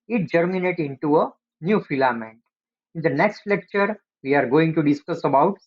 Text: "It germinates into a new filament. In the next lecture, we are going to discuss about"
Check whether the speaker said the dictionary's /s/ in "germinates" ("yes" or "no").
no